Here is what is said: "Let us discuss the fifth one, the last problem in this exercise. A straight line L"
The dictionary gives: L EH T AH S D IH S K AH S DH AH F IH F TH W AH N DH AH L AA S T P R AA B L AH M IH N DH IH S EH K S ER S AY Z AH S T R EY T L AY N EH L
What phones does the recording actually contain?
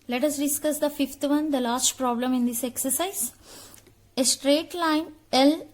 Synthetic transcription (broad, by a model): L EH T AH S D IH S K AH S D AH F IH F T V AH N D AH L AA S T P R AA B L AH M IH N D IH S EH K S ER S AY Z AH S T R EY T L AY N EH L